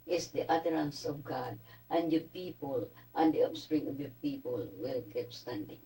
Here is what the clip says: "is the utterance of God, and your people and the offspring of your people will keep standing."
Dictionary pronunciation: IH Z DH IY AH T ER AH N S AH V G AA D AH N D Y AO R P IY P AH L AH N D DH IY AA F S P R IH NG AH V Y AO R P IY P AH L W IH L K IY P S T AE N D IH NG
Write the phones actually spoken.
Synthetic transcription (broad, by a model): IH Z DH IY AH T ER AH N S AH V G AA D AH N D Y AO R P IY P AH L AH N D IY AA P S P R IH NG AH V Y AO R P IY P AH L W IH L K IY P S T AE N D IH NG